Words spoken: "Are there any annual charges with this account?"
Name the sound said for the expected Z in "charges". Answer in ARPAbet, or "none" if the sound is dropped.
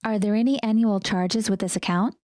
Z